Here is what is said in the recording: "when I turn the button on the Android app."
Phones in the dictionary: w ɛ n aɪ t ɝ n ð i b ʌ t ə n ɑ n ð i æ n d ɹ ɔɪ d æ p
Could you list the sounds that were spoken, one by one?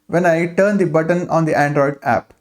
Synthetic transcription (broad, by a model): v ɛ n aɪ t ɝ n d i b ʌ t ə n ɑ n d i æ n d ɹ ɔɪ d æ p